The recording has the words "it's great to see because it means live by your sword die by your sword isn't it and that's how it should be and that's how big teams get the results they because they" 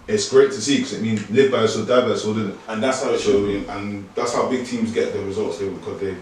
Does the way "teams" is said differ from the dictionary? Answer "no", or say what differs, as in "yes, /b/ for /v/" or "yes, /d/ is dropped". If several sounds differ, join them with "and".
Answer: no